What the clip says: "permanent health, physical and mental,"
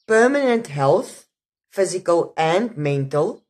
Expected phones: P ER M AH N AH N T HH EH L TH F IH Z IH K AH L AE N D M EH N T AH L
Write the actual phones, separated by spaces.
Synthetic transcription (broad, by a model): P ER M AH N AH N T HH EH L TH F IH Z IH K AH L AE N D M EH N T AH L